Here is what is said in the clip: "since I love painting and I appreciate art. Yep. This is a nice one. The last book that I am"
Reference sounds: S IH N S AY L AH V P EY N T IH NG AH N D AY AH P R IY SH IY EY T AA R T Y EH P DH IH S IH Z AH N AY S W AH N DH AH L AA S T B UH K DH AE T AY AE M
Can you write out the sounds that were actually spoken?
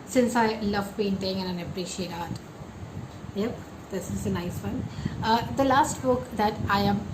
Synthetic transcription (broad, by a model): S IH N S AY L AH V B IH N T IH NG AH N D AY AH P R IY SH IY EY T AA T Y EH P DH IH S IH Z AH N AY S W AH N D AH L AA S T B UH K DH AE T AY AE M